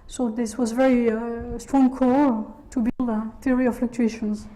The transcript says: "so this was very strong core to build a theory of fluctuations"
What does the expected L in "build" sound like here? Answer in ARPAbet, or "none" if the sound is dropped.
L